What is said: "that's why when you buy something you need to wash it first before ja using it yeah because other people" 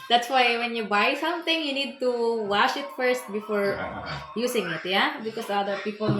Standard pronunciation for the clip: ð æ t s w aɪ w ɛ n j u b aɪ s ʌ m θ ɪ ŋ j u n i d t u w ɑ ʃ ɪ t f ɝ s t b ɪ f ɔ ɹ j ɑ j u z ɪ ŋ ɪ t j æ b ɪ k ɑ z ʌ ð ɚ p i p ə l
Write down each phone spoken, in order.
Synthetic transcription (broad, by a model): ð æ t s w aɪ w ɛ n j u b aɪ s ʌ m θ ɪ ŋ j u n i d t u w ɑ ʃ ɪ t f ɝ s t b ɪ f ɔ ɹ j j u s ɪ ŋ ɪ t j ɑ b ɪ k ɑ s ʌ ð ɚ p i p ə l